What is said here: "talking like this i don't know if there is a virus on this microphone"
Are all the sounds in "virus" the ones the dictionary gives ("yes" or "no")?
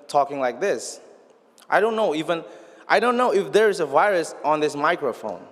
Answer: yes